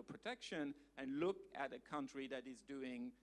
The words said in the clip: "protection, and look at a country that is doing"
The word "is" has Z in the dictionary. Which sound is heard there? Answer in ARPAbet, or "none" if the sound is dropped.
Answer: Z